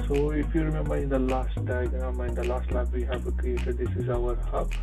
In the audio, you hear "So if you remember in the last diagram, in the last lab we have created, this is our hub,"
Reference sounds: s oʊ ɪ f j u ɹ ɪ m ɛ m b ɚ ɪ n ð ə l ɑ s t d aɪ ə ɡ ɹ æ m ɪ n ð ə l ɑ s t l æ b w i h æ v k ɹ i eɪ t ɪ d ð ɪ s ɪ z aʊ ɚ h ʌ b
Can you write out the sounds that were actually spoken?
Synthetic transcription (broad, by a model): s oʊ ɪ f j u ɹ m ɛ m ɚ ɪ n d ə l ɑ s t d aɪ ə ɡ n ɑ m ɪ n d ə l ɑ s t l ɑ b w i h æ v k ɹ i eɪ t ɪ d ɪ s ɪ z aʊ ɚ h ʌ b